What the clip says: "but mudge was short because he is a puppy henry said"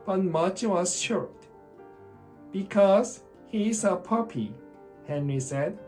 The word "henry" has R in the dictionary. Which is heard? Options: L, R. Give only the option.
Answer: R